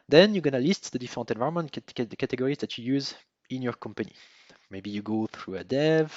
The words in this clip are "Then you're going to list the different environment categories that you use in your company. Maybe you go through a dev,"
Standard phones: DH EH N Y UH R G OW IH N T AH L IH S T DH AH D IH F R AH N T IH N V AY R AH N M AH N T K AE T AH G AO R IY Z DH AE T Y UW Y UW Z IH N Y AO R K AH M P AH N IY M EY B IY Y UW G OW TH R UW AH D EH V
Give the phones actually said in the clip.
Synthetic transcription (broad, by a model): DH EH N Y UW G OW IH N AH L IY S T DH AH D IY F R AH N T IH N V AY AH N M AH N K K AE T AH G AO R IY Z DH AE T Y UW Y UW Z IH N Y AO R K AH M P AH N IY M EY B IY Y UW G OW TH R UW AH D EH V